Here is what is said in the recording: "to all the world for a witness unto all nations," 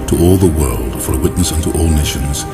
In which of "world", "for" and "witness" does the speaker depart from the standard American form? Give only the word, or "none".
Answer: none